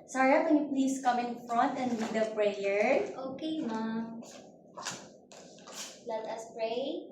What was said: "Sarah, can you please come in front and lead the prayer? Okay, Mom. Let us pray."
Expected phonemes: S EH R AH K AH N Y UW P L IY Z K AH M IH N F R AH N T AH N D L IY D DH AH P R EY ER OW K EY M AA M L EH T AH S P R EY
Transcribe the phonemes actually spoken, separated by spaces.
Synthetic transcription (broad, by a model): S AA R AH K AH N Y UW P L IY S K AH M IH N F R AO N T AH N D W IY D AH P R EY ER OW K EY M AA L EH T AH S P R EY